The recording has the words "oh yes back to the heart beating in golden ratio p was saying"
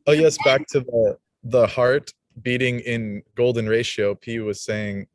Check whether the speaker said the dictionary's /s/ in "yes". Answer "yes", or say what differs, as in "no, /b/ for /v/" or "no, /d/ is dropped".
yes